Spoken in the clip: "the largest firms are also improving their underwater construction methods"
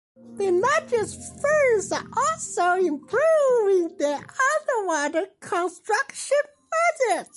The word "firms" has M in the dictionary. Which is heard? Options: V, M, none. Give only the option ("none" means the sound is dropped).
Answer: none